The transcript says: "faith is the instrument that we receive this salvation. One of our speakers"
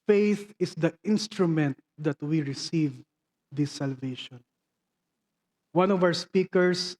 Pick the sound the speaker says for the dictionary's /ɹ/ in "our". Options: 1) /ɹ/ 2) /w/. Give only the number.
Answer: 2